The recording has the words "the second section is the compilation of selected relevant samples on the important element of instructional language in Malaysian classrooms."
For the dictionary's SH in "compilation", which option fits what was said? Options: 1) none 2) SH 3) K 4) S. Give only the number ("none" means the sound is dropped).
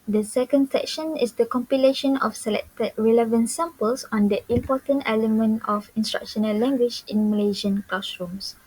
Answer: 2